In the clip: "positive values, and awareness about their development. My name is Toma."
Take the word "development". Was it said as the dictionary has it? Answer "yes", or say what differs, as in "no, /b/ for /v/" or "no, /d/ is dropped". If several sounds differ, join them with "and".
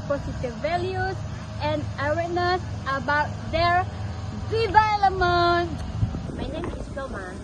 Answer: no, /p/ is dropped